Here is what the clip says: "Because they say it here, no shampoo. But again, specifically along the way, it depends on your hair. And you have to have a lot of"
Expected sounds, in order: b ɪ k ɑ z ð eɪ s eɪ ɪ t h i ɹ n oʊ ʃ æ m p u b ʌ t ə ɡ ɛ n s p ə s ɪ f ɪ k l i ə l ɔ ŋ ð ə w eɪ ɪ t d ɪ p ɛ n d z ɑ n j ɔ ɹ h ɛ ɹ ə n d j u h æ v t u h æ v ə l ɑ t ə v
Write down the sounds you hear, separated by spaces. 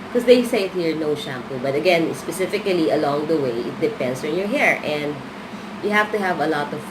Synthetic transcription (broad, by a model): k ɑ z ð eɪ s eɪ ɪ t h i ɹ n oʊ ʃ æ m p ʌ b ʌ t ə ɡ ɛ n s p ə s ɪ f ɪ k l i ə l ɔ ŋ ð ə w eɪ ɪ t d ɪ p ɛ n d s ɑ n j ɔ ɹ h ɛ ɹ ə n d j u h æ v t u h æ v ə l ɑ t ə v